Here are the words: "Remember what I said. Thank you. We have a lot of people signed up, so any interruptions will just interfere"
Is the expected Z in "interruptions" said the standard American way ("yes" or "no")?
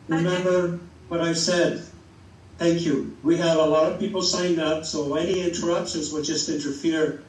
yes